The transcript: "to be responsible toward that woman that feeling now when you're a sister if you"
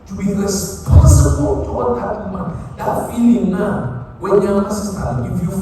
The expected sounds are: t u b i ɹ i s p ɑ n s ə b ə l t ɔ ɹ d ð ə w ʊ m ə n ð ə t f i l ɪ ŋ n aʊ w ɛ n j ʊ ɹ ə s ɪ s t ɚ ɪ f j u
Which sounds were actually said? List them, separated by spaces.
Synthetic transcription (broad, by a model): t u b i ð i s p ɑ s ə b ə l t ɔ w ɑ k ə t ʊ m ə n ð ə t f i l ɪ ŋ n aʊ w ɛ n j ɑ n ə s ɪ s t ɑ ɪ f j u